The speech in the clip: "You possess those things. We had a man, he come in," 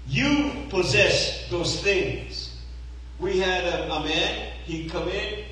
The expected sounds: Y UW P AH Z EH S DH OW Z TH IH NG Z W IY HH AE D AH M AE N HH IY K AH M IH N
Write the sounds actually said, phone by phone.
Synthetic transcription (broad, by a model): Y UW P AH Z EH S DH OW Z TH IH NG Z W IY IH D AH M AE N HH IY K AH M IH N